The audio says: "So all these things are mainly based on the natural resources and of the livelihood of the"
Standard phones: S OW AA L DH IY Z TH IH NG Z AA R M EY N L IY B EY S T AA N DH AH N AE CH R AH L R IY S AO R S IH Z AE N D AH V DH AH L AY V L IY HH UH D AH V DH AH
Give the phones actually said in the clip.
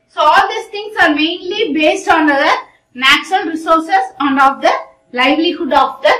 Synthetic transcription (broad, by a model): S OW AA L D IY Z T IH NG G AA R M EY N L IY B EY S T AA N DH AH N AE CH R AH L R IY S AO R S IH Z AE N D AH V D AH L AY V L IY HH UH D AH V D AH